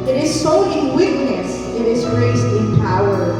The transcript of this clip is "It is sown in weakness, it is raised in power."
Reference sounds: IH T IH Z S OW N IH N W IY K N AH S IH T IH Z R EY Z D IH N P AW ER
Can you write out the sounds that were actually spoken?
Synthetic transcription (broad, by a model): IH T IH Z S OW IH N W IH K N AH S IH T IH Z R EY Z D IH N P AW ER